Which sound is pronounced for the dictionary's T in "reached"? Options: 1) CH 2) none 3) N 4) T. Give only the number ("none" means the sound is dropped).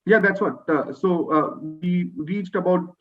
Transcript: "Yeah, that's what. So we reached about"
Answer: 4